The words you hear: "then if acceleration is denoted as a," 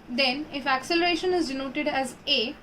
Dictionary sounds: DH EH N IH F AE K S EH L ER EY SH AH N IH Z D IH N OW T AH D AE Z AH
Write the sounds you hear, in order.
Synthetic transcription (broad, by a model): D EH N IH F AE K S EH L ER EY SH AH N IH Z D IH N OW T AH D AE Z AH